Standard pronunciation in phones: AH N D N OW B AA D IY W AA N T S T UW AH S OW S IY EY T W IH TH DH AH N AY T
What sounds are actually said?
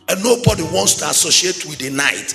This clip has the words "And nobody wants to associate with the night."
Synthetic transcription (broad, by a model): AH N N OW B AA D IY W AA N T S T UW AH S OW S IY EY T W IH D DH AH N AY T